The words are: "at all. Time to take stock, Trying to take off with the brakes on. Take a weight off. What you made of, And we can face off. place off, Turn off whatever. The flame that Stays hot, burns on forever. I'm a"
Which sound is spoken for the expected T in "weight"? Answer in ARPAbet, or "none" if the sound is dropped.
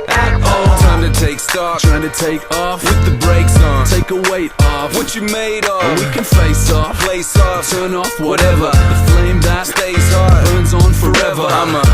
T